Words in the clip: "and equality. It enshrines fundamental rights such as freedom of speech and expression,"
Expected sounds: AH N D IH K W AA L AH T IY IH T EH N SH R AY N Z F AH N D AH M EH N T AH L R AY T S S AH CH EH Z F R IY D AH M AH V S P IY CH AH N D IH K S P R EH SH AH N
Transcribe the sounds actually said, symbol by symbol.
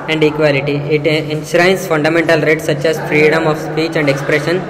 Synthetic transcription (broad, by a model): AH N D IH K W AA L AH T IY IH T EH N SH R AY N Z F AH N D AH M EH N T AH L R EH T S S AH CH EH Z F R IY D AH M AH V S P IY CH AH N D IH K S P R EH SH AH N